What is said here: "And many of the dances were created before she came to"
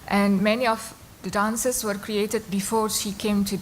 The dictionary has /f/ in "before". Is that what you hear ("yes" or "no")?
yes